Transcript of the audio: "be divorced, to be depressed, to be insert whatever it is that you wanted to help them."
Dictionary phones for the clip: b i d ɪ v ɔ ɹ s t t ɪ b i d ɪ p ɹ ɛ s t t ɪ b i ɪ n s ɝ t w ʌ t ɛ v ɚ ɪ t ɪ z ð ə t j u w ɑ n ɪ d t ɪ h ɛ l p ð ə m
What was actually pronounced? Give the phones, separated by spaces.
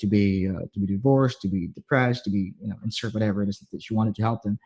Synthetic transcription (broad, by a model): b i d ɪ v ɔ ɹ s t t ɪ b i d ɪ p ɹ ɛ s t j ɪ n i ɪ n s ɝ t w ʌ t ɛ v ɚ ɪ t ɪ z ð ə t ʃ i w ɑ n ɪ d t ɪ h ɛ l p ð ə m